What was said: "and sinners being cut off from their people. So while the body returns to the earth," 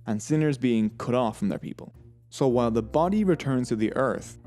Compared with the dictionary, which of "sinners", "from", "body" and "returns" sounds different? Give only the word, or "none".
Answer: none